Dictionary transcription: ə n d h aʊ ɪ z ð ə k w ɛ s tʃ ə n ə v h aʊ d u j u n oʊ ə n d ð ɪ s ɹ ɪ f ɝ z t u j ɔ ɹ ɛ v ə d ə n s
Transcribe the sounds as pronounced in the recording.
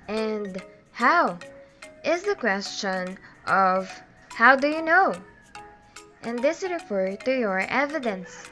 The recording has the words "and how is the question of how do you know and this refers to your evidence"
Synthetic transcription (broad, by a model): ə n d h aʊ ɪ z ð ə k w ɛ s tʃ ə n ə v h aʊ d u j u n oʊ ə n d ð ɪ s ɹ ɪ f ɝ t u j ɔ ɹ ɛ v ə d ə n s